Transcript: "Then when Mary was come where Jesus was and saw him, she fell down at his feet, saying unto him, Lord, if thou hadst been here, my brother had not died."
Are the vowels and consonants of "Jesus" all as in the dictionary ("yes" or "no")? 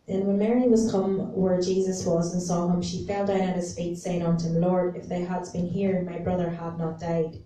yes